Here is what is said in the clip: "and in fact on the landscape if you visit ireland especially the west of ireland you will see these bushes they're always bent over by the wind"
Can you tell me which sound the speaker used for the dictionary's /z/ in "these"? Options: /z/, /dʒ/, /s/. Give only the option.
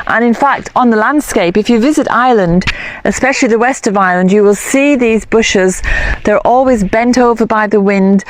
/z/